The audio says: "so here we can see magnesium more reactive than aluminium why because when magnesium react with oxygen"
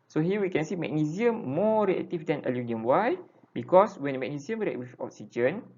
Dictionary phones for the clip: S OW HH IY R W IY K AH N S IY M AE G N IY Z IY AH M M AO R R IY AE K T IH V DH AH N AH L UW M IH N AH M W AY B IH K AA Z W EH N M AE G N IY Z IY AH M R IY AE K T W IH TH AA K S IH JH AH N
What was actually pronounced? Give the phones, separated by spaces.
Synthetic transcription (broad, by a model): S OW HH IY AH W IY K AH N S IY M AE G N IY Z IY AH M M AO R R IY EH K T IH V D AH N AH L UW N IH AH M W AY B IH K AA S W EH N M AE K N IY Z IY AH M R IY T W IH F AA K S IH JH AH N